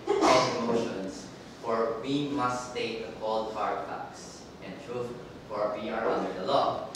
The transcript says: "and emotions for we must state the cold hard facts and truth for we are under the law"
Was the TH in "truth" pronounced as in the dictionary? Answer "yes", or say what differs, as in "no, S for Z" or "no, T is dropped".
no, F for TH